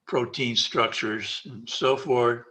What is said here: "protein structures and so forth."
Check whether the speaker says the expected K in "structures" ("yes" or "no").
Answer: yes